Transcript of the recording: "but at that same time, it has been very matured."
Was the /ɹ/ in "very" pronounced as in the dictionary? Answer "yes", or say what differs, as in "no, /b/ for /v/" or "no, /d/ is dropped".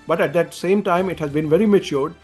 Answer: yes